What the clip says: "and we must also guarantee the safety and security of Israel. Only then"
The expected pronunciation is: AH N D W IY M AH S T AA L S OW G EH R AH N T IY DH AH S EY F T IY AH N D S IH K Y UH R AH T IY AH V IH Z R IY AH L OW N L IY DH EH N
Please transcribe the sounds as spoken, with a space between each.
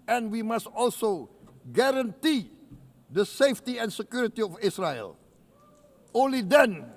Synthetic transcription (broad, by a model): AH N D W IY M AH S T AA L S OW G EH R AH N T IY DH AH S EY F T IY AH N S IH K Y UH R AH T IY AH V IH S R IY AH L OW N L IY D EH N